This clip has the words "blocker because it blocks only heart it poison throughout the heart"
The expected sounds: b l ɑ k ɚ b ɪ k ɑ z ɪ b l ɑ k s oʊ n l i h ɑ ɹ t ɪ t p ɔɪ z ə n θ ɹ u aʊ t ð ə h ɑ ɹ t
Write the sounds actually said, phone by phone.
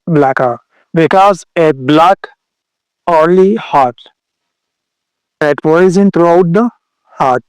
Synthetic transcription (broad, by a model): b l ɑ k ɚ b ɪ k ɑ z ɪ b l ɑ k oʊ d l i h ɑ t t ɪ t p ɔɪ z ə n t ɹ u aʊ t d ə h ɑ ɹ t